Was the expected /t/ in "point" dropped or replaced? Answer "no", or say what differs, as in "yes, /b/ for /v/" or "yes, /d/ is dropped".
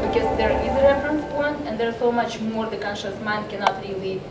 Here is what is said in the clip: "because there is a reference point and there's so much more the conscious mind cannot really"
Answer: yes, /t/ is dropped